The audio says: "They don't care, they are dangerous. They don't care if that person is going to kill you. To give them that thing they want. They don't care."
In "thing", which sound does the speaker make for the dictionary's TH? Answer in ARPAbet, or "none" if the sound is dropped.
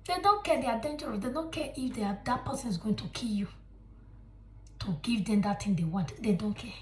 T